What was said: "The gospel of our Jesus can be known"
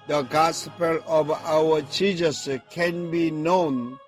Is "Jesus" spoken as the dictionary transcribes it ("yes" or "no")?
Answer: no